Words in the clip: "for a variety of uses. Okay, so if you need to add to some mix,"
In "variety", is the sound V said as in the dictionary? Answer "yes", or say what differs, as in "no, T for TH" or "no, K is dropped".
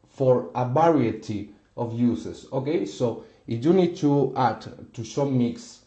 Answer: no, B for V